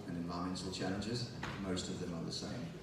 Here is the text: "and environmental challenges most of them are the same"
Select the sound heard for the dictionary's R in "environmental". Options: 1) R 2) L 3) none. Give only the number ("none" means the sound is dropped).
3